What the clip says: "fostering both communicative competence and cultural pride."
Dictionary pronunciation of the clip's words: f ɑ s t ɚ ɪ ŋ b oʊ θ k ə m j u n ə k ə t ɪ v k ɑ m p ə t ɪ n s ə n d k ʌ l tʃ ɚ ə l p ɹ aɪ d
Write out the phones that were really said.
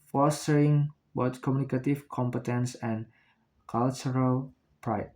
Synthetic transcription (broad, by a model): f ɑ s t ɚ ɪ ŋ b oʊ t k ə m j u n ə k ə t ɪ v k ɑ m p ə t ɪ n s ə n k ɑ l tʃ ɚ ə l p ɹ aɪ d